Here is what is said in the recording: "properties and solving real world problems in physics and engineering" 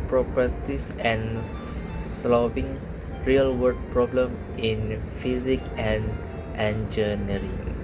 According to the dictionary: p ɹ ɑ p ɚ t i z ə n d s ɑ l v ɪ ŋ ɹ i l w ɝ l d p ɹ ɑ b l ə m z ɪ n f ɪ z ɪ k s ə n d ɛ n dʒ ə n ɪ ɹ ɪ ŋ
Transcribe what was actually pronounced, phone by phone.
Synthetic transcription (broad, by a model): p ɹ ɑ p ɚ t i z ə n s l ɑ v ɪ ŋ ɹ i l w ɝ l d p ɹ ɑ b l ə m ɪ n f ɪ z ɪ k ə n d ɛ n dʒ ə n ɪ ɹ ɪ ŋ